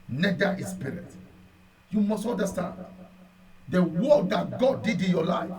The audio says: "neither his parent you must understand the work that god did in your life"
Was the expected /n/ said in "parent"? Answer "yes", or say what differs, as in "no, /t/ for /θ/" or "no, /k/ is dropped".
no, /n/ is dropped